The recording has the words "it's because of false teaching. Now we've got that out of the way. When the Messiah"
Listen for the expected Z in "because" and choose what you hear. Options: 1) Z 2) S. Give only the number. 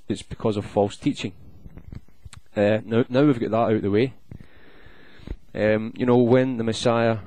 1